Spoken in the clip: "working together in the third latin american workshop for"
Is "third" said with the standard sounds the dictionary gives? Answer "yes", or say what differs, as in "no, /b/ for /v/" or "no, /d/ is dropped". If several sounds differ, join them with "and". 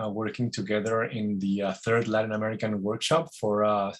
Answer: yes